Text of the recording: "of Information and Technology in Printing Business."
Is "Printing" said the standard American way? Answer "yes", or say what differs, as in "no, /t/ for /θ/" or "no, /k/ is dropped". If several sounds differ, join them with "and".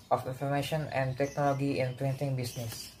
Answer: no, /l/ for /ɹ/